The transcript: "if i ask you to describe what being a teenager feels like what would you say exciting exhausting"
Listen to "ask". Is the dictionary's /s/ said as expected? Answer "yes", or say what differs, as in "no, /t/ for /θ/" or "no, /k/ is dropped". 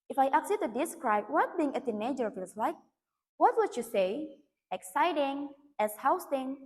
no, /s/ is dropped